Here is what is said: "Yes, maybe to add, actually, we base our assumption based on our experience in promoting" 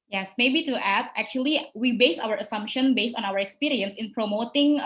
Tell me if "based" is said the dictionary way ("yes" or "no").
yes